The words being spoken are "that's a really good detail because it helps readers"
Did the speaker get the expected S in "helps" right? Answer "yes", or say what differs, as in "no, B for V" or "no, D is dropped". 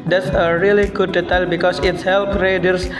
no, S is dropped